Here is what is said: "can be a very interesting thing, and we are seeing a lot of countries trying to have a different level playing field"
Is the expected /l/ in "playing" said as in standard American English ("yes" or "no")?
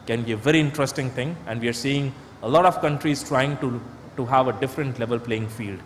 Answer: yes